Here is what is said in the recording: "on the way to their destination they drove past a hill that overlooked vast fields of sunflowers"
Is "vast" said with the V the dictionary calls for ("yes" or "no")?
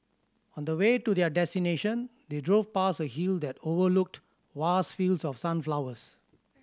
no